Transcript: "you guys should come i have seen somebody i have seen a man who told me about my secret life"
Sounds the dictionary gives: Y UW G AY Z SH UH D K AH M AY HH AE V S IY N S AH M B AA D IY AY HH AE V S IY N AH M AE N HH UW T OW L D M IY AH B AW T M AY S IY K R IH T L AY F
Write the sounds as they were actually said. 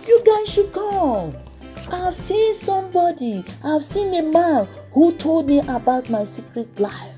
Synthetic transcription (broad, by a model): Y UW G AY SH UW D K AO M AY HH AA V S IY N S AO M B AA D IY AY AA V S IY N AH M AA N HH UW T OW L D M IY AH B AW T M AY S IY K R IH T L AY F